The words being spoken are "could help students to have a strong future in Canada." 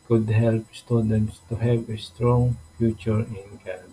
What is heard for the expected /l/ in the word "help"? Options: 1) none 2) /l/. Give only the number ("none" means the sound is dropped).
2